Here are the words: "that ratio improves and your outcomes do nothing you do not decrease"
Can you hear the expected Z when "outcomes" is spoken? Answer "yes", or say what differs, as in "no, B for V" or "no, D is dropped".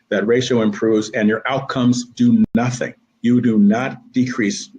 yes